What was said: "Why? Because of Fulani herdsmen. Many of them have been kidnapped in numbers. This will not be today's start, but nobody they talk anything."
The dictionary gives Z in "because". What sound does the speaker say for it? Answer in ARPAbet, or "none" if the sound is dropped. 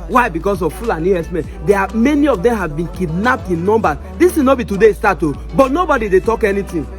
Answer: S